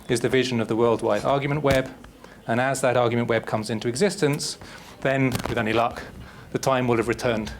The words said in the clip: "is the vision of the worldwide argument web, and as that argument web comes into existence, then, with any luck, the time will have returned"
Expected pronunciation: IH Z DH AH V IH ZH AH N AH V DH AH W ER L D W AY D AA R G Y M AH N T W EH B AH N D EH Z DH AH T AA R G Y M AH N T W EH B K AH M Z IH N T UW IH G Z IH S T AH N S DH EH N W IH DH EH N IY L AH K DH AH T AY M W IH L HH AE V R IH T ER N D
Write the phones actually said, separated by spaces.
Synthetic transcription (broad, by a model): IH Z DH AH V IH ZH AH N AH V DH AH W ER L D W AY D AA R G Y M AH N T W EH B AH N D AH Z DH AH T AA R G Y M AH N T W EH B K AH M Z IH N T UW IH G Z IH S T AH N S DH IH N W IH DH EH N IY L AH K DH AH T AY M W IH L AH V R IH T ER N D